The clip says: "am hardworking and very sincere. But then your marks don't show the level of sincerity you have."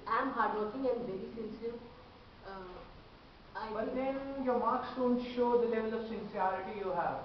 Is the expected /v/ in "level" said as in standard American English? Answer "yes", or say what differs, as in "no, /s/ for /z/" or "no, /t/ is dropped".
yes